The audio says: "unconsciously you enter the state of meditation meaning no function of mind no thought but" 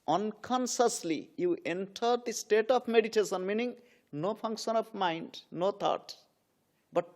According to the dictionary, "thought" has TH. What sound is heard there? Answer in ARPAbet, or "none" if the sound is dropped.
T